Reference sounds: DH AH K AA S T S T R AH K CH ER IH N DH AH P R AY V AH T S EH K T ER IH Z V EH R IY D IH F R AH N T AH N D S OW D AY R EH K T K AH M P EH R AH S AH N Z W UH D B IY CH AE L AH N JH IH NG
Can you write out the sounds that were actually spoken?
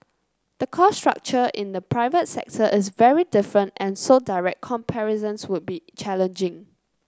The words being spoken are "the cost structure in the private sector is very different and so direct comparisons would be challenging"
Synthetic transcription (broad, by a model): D AH K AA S S T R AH K CH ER IH N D AH P R AY V AH T S EH K T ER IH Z V EH R IY D IH F R AH N T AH N S OW D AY R EH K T K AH M P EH R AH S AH N S W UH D B IY CH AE L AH N JH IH NG